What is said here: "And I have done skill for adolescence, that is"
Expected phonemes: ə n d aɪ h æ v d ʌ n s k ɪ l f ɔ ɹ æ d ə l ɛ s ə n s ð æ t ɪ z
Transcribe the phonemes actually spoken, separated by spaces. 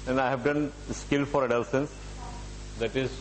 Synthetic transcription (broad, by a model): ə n aɪ h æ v d ʌ n s k ɪ l f ɔ ɹ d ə l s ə n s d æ t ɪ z